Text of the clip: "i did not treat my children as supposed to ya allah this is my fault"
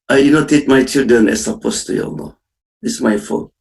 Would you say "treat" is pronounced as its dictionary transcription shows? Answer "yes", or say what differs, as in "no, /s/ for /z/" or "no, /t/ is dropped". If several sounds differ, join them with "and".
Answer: no, /ɹ/ is dropped